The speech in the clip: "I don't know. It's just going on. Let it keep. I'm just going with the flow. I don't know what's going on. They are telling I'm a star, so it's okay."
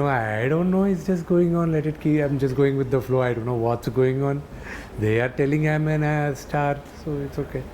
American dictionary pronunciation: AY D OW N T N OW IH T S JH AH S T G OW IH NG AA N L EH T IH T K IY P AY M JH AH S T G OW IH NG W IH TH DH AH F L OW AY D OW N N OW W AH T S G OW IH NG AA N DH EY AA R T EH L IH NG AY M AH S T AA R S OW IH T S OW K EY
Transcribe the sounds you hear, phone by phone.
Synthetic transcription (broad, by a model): AY D OW N T N OW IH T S JH AH S T G OW IH NG AA N L EH T IH T K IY AY M JH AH S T G OW IH NG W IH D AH F L OW AY D OW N N OW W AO T S G OW IH NG AA N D EY AA R T EH L IH NG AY M AH S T AA R S OW IH T S OW K EY